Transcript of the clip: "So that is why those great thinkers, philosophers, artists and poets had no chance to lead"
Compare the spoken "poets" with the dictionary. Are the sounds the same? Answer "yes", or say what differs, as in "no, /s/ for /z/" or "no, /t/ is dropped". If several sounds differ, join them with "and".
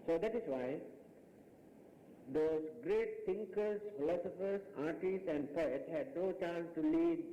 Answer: no, /s/ is dropped